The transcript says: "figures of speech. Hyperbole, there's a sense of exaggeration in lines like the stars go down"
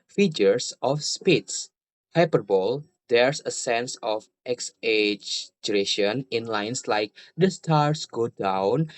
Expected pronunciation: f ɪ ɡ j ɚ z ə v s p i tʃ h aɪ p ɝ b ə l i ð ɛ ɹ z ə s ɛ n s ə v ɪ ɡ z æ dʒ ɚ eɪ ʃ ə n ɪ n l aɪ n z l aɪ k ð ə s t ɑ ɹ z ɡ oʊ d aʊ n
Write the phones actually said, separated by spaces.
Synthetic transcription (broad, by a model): f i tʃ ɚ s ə f s p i s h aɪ p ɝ b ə l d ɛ ɹ s ə s ɛ n s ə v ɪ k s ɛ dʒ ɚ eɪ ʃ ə n ɪ n l aɪ n s l aɪ k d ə s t ɑ ɹ s ɡ oʊ d aʊ n